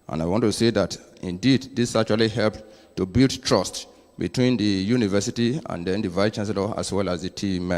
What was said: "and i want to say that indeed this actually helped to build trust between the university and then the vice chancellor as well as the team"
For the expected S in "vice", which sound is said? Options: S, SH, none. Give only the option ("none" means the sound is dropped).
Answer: none